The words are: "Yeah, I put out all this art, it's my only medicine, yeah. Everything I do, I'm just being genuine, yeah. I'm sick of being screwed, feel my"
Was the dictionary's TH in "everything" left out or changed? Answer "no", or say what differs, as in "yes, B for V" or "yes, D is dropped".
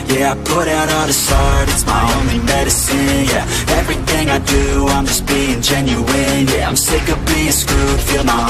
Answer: no